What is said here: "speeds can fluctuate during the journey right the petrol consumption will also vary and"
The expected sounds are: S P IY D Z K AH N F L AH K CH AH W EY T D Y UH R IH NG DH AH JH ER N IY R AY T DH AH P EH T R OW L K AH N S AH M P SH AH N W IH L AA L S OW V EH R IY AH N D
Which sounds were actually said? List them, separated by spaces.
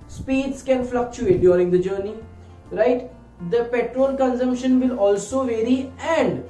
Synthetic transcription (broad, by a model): S P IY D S K AH N F L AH K CH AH EY T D Y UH R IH NG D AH JH ER N IY R AY T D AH P EH T R OW L K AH N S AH M P SH AH N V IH L AA L S OW V EH R IY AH N D